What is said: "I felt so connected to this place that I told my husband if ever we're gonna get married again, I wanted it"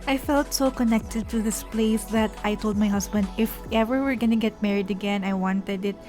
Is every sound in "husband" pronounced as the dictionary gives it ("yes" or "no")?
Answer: no